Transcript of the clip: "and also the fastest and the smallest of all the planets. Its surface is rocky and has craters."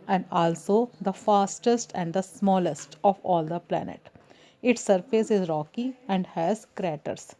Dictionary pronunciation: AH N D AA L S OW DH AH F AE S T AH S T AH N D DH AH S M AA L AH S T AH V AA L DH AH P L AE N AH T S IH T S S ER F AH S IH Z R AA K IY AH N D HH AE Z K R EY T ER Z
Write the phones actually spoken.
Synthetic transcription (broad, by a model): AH N D AA L S OW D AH F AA S T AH S T AH N D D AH S M AA L AH S T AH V AA L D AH P L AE N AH T IH T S S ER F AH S IH Z R AA K IY AH N D HH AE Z K R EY T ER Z